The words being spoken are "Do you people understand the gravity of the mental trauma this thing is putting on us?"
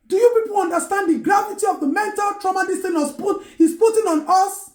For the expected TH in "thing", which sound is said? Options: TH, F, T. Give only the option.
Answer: T